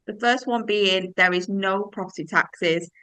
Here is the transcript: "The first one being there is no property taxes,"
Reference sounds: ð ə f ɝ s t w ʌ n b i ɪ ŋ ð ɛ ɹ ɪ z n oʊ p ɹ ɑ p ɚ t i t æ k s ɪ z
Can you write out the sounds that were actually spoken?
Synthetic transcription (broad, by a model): ð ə f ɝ s t w ʌ n b i ɪ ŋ ð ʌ ɹ ɪ z n oʊ p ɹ ɑ p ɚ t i t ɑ k s ɪ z